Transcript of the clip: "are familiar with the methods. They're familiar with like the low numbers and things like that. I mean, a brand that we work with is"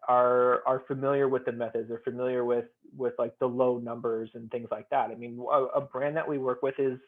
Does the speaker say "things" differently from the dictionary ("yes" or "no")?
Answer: no